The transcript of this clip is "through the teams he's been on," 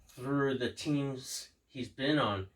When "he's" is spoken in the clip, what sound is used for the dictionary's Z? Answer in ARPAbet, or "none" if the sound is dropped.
Z